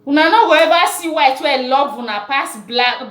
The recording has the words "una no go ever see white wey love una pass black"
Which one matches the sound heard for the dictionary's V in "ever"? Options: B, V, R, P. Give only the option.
B